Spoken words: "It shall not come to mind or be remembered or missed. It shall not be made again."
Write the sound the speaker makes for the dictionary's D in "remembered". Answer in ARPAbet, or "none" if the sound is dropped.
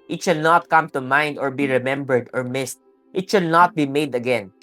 D